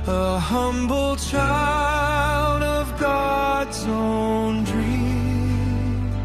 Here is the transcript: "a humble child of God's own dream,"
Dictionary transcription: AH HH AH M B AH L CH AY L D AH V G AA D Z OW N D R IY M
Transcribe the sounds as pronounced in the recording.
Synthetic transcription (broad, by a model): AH HH AH M B L CH AY L D AH V G AA D Z OW N D R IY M